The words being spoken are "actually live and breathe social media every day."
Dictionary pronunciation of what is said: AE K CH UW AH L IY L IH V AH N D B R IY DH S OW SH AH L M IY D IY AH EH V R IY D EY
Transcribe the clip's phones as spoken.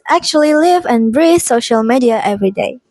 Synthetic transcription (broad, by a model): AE K CH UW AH L IY L IH V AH N B R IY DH S OW SH AH L M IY D IY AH EH V R IY D EY